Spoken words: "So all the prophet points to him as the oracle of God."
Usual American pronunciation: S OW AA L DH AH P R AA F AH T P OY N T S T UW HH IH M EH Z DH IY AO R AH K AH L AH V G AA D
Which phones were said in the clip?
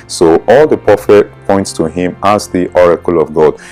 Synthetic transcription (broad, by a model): S OW AA L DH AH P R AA F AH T P OY N T S T UW HH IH M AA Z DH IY AO R AH K AH L AH V G AA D